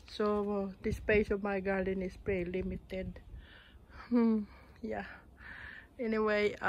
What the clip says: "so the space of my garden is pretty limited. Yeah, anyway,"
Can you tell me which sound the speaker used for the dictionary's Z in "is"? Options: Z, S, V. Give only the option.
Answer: S